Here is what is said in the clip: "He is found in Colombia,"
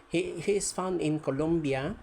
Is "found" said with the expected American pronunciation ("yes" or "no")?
no